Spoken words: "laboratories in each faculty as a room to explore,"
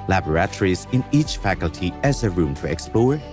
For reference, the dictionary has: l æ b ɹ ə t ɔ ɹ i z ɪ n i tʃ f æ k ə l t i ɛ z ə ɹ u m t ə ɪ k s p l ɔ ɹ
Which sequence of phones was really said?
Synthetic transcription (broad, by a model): l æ b ɹ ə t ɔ ɹ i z ɪ n i tʃ f æ k ə l t i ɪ z ə ɹ u m t ə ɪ k s p l ɔ ɹ